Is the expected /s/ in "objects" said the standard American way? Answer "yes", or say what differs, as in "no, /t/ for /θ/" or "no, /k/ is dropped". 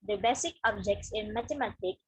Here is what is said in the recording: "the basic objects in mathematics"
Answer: yes